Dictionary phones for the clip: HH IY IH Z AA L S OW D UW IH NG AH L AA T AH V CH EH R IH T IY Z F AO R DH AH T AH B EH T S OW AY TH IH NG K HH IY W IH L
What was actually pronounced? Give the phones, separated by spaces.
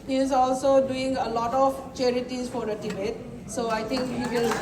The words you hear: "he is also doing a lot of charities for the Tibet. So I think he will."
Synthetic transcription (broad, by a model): HH IY IH Z AA L S OW D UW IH NG AH L AA T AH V CH EH R IH T IY Z F AO R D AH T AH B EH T S OW AY T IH NG K HH IY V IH L